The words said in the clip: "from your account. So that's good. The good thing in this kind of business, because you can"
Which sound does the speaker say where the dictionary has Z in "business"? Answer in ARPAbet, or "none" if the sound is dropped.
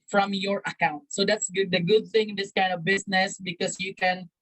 S